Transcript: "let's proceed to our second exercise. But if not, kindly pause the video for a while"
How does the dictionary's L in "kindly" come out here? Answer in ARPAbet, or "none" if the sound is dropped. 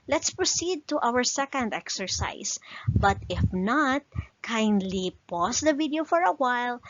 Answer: L